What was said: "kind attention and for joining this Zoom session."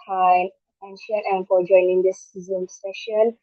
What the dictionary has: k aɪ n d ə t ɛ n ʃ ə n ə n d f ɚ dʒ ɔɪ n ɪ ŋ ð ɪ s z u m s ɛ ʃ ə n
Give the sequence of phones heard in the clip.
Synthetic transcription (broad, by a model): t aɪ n ə t ɛ n ʃ ə n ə n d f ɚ dʒ ɔɪ n ɪ ŋ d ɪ s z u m s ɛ ʃ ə n